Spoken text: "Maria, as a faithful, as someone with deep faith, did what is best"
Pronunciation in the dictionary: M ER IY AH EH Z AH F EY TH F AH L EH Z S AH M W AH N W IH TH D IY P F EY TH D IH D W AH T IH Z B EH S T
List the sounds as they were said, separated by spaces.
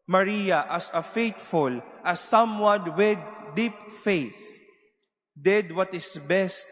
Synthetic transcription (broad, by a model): M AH IY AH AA S AH F EY T F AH L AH S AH M W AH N W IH D IY P F EY TH D IH D W AH T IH S B EH S T